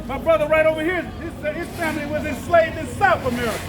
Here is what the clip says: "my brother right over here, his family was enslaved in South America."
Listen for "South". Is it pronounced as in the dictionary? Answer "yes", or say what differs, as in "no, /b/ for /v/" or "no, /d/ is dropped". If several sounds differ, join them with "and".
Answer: yes